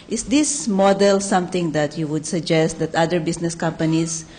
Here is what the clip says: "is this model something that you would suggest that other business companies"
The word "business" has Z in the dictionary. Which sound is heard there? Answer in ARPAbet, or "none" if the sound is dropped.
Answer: S